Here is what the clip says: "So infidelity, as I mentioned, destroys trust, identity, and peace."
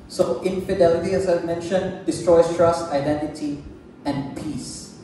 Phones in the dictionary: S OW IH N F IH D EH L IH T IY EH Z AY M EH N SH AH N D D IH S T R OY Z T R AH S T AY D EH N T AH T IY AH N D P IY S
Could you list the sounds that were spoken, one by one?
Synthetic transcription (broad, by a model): S OW IH N F IH D EH L IH T IY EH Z AY M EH N SH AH N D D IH S T R OY S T R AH S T AY D EH N T AH T IY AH N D P IY S